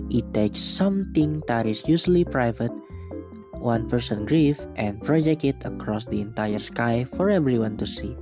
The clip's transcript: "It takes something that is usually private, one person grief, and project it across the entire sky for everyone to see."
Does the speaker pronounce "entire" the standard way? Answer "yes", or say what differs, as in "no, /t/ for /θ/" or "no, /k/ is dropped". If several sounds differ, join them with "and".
yes